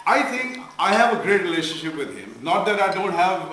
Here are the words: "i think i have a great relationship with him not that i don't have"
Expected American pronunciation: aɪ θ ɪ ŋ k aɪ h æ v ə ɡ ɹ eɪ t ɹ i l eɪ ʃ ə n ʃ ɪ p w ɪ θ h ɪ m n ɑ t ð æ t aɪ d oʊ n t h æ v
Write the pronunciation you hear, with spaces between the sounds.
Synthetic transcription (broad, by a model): aɪ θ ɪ ŋ k aɪ h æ v ə ɡ ɹ eɪ t ɹ i l eɪ ʃ ə n ʃ ɪ p w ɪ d h ɪ m n ɑ t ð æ t aɪ d oʊ n t h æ v